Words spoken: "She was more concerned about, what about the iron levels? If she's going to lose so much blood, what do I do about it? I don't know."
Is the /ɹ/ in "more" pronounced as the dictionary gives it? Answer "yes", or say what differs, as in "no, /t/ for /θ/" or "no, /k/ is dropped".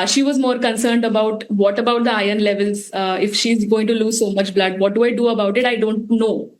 yes